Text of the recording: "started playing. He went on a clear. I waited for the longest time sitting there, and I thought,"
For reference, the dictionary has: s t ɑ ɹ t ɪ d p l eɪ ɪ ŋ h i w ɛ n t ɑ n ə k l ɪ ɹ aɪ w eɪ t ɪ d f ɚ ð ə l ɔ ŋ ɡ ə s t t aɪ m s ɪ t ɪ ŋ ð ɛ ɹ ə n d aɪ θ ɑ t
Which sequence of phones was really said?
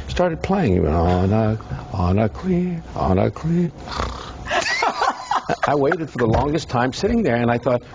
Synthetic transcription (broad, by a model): s t ɑ ɹ t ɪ d p l eɪ ɪ ŋ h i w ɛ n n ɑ n ə k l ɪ l aɪ w eɪ t ɪ d f ɚ ð ə l ɔ ŋ ɡ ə s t t aɪ m s ɪ t ɪ ŋ ð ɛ ɹ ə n aɪ θ ɑ t